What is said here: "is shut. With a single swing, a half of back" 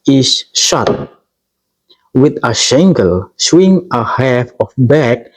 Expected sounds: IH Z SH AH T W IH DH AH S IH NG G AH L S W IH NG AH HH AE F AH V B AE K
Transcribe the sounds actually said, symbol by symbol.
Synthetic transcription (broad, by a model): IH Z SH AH T W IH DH AH SH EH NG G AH L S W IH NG AH HH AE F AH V B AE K